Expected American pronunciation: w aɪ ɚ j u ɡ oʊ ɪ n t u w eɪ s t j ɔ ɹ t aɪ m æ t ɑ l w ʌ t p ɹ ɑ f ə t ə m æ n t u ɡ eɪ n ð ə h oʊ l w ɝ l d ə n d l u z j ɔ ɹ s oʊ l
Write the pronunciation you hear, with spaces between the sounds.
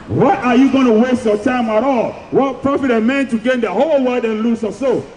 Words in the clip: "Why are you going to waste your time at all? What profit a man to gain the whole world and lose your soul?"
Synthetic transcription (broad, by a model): w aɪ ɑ j u ɡ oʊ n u w eɪ s t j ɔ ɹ t aɪ m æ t ɑ l w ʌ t p ɹ ɑ f ə t ə m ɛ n t u ɡ eɪ n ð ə h oʊ l w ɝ d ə n l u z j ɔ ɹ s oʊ